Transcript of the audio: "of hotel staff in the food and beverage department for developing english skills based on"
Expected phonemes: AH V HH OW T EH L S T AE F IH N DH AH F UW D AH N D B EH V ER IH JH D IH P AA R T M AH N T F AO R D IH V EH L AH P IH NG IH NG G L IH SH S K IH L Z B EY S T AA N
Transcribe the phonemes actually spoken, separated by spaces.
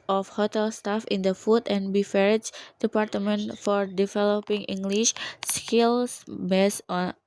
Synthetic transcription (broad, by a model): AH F HH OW T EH L S T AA F IH N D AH F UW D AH N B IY F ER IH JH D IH P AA R T M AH N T F AO R D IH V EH L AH P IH NG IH NG G L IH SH S K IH L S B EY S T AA N